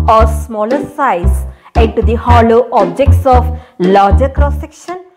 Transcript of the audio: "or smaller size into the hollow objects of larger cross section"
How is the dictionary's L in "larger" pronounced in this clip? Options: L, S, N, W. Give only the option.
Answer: L